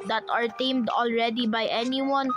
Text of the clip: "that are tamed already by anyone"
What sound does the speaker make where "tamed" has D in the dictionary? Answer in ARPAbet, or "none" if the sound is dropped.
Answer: D